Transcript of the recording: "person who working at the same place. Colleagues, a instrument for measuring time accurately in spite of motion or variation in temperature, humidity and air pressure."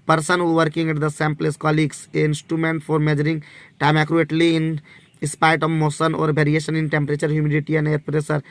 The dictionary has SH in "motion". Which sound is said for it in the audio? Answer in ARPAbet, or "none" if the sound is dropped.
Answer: S